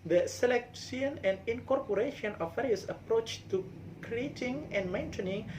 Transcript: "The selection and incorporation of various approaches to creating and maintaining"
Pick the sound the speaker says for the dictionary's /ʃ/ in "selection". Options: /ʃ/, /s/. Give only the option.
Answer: /s/